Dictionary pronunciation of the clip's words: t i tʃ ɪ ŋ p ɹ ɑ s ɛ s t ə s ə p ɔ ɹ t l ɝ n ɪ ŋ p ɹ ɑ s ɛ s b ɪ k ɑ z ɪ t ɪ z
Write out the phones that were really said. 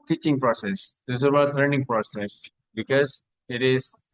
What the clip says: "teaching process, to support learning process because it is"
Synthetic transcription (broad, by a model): t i tʃ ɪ ŋ p ɹ ɑ s ɛ s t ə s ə b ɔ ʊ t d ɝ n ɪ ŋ p ɹ ɑ s ɛ s b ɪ k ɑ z ɪ t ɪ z